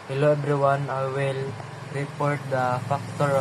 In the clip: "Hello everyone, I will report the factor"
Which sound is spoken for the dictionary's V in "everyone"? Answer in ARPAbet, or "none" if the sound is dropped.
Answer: B